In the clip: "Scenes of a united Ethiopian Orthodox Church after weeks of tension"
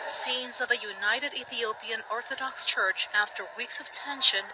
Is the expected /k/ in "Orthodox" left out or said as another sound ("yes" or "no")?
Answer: no